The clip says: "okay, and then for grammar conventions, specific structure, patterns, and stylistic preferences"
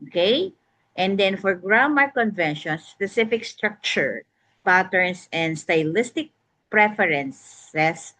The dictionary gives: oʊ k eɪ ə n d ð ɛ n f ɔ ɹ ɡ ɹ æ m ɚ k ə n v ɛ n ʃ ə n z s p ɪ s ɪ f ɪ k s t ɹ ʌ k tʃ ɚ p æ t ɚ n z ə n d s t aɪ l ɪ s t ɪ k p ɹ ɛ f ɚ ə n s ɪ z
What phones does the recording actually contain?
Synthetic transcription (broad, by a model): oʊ k eɪ ə n d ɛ n f ɔ ɹ ɡ ɹ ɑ m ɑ k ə n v ɛ n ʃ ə n s p ɪ s ɪ f ɪ k s t ɹ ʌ k tʃ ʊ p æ t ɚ n s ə n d s t aɪ l ɪ s t ɪ k p ɹ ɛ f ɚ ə n s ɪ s